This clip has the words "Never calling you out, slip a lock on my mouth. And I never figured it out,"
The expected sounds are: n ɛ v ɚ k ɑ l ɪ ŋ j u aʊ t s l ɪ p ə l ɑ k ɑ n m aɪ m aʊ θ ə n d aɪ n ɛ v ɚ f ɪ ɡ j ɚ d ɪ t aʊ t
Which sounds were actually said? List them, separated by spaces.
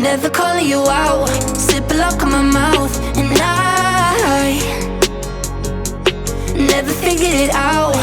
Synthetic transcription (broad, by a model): n ɛ v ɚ k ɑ l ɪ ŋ j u aʊ t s ɪ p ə l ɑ k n m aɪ m aʊ θ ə n aɪ n ɛ v ɚ f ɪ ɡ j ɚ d ɪ t aʊ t